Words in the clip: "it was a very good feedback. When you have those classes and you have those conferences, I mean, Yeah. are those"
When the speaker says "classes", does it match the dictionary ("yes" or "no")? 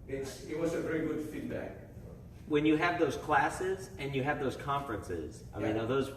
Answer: yes